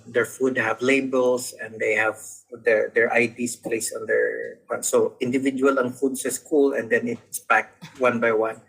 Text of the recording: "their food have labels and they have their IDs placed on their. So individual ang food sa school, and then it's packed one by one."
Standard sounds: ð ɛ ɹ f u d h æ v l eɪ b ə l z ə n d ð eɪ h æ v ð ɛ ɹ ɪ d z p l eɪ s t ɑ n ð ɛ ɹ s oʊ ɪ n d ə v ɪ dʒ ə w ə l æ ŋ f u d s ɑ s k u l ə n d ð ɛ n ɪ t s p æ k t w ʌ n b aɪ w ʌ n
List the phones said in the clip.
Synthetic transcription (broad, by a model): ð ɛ ɹ f u d h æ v l eɪ b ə l s ə n d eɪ h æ v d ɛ ɹ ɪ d s p l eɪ s ɑ n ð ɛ ɹ s oʊ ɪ n d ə v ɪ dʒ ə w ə l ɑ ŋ f u d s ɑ s k u l ə n d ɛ n ɪ t s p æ k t w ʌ n b aɪ w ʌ n